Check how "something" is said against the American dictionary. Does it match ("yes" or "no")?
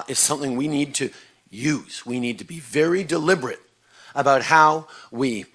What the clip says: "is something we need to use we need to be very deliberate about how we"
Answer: yes